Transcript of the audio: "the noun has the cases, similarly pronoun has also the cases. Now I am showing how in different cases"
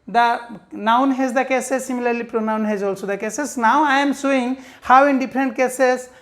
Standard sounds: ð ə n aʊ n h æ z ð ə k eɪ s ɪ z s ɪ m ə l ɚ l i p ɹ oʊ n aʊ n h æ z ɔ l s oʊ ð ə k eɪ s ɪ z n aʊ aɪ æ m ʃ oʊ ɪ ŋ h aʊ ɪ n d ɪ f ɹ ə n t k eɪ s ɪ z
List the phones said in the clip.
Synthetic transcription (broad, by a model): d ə n aʊ n h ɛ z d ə k eɪ s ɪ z s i m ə l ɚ l i p ɹ oʊ n aʊ n h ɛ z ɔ l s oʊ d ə k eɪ s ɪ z n aʊ aɪ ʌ m s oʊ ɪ ŋ h aʊ ɪ n d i p ɹ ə n t k eɪ s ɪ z